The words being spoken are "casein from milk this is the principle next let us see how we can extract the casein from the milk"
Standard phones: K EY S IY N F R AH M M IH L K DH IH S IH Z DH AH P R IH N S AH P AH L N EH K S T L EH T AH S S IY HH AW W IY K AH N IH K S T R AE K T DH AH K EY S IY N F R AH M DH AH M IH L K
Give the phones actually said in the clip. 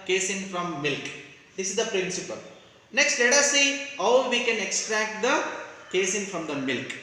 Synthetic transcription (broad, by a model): K EY S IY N F R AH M M IH L K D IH S IH Z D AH P R IH N S AH P AH L N EH K S T L EH T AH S S IY HH AW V IY K AH N IH K S T R AE K T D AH K EY S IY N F R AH M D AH M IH L K